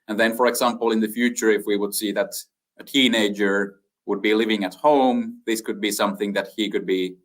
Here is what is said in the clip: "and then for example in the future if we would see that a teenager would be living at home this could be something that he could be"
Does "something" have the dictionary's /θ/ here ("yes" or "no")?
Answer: yes